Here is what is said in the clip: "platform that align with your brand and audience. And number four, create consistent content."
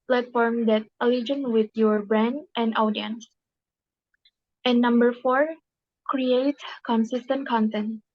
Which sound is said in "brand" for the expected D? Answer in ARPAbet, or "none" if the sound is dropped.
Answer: D